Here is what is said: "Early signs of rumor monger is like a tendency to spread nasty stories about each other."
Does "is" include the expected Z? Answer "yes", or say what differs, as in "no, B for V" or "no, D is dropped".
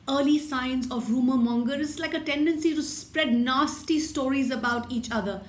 no, S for Z